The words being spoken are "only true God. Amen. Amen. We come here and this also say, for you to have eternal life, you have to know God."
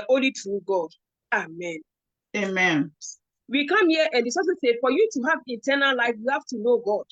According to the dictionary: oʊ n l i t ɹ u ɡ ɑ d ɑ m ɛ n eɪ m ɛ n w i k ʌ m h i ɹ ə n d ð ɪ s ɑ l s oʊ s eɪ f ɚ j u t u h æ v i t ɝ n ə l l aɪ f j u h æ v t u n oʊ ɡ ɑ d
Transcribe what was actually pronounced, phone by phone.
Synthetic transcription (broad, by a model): oʊ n l i t ɹ u ɡ ɑ d ɑ m ɛ n eɪ m ɛ n w i k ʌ m h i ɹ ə n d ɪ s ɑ s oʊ s eɪ f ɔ j u t u h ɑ v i t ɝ n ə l l aɪ f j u h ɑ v t u n oʊ ɡ ɑ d